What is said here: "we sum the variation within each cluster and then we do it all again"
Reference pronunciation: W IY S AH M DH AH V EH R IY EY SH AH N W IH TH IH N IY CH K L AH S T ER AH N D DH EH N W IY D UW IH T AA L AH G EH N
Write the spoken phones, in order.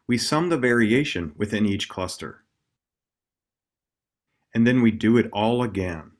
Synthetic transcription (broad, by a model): W IY S AH M DH AH V EH R IY EY SH AH N W IH TH IH N IY CH K L AH S T ER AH N DH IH N W IY D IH IH T AA L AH G EH N